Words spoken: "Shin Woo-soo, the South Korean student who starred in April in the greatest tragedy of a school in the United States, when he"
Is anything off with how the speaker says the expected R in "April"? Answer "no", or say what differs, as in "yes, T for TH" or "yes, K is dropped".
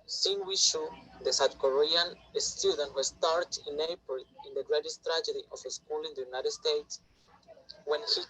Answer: yes, R is dropped